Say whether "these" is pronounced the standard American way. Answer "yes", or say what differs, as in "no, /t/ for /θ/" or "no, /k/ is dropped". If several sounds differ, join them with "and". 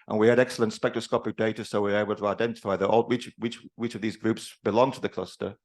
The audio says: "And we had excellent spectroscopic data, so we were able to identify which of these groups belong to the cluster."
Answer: yes